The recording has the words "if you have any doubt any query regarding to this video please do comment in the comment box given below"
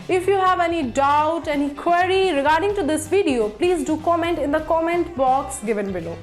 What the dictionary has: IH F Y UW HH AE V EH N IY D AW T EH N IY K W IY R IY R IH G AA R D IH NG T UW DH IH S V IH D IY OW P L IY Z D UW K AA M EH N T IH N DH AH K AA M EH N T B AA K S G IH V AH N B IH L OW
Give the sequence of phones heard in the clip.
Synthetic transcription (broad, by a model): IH F Y UW HH AE V EH N IY D AW T EH N IY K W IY R IY R IH G AA R D IH NG T UW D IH S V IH D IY OW P L IY Z D UW K AA M EH N T IH N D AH K AA M EH N T B AA K S G IH V AH N B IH L OW